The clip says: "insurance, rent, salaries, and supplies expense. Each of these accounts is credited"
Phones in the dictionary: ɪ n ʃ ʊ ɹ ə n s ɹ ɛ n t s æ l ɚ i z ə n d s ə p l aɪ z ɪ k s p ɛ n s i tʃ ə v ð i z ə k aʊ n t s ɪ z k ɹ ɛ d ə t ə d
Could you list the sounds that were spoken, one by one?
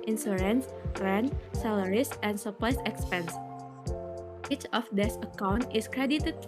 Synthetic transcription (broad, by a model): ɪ n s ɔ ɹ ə n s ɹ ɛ n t s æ l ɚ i s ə n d s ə p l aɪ s ɪ k s p ɛ n s i tʃ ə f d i s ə k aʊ n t ɪ s k ɹ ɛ d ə t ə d